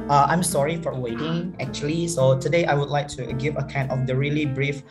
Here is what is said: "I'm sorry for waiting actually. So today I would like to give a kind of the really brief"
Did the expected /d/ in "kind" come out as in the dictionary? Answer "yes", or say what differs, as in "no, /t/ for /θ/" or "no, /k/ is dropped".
no, /d/ is dropped